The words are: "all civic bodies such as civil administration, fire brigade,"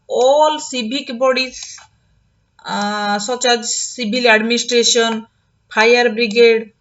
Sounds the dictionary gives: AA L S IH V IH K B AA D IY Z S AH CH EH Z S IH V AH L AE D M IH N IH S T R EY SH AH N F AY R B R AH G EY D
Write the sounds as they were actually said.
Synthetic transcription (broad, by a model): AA L S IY B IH K B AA D IY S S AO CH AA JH S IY B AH L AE D M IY N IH S T R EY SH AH N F AY R B R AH G EY D